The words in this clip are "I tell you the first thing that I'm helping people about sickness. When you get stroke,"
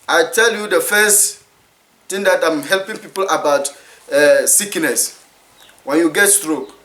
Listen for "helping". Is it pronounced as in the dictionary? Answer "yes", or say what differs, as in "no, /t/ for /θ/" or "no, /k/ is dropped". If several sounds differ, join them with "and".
yes